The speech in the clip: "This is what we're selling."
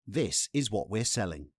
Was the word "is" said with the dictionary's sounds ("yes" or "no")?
yes